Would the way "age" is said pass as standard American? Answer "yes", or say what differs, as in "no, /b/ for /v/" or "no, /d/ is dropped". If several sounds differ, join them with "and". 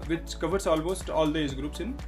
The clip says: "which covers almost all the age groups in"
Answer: no, /z/ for /dʒ/